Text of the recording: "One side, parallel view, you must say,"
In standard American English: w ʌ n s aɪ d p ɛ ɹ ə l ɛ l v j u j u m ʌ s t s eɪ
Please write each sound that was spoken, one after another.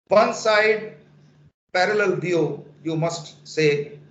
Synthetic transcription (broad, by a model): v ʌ n s aɪ d p ɛ ɹ ə l ɛ l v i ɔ j u m ʌ s t s eɪ